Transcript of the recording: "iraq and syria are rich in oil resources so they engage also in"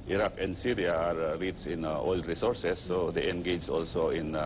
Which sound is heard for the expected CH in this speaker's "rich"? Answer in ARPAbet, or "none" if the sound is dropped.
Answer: S